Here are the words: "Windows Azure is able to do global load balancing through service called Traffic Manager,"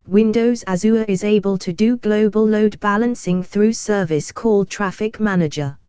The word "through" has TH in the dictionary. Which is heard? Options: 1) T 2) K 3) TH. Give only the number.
3